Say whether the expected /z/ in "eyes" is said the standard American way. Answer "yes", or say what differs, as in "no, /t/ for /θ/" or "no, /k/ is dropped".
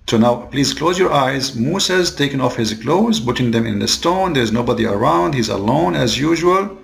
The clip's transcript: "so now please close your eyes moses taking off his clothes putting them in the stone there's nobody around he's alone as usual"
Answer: yes